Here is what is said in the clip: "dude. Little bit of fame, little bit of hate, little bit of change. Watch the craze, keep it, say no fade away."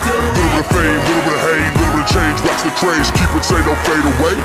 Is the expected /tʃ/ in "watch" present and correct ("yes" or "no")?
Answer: no